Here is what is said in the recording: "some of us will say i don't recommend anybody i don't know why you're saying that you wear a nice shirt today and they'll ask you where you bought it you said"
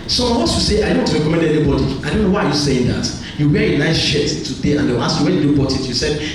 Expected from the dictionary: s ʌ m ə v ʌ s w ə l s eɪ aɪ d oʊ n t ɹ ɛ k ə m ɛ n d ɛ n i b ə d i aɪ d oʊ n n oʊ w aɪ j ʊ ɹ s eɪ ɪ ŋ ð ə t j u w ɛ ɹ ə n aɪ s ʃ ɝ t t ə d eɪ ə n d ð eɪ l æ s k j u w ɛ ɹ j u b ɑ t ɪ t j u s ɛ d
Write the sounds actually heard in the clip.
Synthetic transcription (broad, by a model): s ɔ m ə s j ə s eɪ aɪ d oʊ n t ɹ ɛ k ə m ɛ n d ɛ n i b ə d i aɪ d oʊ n n oʊ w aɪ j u s eɪ ɪ ŋ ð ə t j u w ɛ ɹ ə n aɪ s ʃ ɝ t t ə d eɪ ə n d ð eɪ w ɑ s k j u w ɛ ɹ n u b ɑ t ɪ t j u s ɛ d